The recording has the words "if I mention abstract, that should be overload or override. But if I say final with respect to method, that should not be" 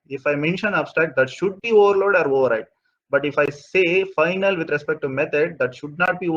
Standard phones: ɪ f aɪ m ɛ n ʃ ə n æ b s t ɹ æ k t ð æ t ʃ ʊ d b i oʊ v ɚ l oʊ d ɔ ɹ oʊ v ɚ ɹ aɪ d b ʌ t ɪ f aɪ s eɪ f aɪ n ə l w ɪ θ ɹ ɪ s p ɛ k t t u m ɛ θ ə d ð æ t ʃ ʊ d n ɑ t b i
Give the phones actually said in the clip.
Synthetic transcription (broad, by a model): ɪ f aɪ m ɛ n ʃ ə n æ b s t æ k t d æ t ʃ ʊ d b i oʊ v ɚ l oʊ d ɔ ɹ oʊ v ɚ ɹ aɪ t b ʌ t ɪ f aɪ s eɪ f aɪ n ə l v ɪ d ɹ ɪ s p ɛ k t t u m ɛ t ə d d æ t ʃ ʊ d n ɑ t b i